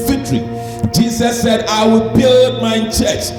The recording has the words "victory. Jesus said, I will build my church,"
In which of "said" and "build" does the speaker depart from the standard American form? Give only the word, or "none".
none